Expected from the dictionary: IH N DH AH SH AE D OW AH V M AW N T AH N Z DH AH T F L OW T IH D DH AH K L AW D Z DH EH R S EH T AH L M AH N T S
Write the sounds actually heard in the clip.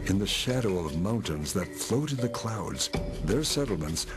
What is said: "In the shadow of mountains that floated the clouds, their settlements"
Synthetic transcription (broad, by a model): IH N DH AH SH AE D OW AH V M AW N T AH N Z DH AH T F L OW T IH D DH AH K L AW D Z DH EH R S EH T L M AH N T S